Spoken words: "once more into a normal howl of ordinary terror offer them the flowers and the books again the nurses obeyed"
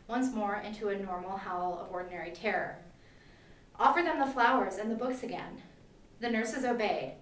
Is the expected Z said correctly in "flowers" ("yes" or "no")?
yes